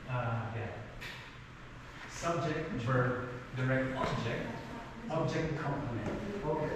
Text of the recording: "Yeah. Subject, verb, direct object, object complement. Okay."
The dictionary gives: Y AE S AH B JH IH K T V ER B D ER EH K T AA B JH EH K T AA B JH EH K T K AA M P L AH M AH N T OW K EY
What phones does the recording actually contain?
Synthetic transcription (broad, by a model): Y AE S AH B JH IH K T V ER D ER EH K T AA B JH EH K T AA B JH EH K T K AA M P AH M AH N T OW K